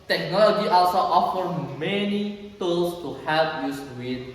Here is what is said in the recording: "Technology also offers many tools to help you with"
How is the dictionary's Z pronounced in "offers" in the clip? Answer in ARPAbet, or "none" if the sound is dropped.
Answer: none